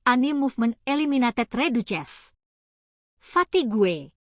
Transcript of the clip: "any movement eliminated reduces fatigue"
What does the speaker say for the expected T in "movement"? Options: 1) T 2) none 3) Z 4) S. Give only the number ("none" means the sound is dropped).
2